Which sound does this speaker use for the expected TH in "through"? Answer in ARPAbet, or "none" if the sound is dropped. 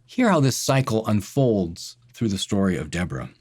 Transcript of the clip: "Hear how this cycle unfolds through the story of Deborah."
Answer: TH